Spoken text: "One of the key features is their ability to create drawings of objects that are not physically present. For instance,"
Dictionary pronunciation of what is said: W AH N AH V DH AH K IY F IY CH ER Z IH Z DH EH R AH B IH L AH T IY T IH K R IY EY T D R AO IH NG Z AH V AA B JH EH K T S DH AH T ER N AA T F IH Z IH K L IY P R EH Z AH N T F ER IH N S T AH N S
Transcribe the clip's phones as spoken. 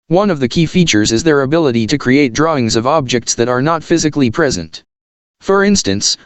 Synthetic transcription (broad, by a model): W AH N AH V DH AH K IY F IY CH ER Z IH Z DH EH R AH B IH L AH T IY T IH K R IY EY T D R AO IH NG Z AH V AA B JH EH K T S DH AH T ER N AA T F IH Z IH K L IY P R EH Z AH N T F ER IH N S T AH N S